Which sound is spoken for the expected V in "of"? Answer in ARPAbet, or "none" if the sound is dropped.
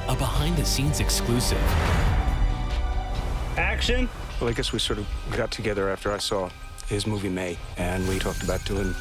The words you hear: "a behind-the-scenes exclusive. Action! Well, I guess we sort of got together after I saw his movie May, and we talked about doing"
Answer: V